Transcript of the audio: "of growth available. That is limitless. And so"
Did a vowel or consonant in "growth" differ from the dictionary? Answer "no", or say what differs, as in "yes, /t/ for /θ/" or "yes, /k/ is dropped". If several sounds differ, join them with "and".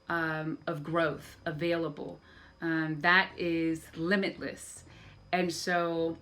no